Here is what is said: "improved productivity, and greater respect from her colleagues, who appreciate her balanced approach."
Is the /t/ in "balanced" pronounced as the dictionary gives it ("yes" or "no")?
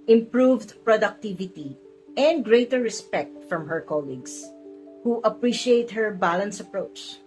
no